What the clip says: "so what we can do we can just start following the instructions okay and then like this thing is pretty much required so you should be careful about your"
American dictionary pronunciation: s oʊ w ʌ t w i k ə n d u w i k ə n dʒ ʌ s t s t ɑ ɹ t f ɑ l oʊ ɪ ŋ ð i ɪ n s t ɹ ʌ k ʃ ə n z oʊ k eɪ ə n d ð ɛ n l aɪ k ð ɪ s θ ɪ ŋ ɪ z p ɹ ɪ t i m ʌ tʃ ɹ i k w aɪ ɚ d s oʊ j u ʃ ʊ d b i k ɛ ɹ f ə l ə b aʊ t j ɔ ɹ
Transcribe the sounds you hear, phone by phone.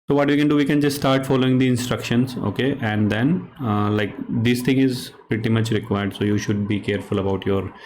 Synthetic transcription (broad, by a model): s oʊ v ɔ t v i k ə n d u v i k ə n dʒ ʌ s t s t ɑ ɹ t f ɑ l oʊ ɪ ŋ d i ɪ n s t ɹ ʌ k ʃ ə n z oʊ k eɪ ə n d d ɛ n l aɪ k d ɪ s t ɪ ŋ ɪ z p ɹ ɪ t i m ʌ tʃ ɹ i k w aɪ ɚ d s oʊ j u ʃ ʊ d b i k ɛ ɹ f ə l ə b aʊ t j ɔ ɹ